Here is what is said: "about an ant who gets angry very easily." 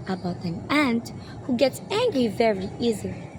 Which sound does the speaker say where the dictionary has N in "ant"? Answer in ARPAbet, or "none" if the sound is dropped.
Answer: N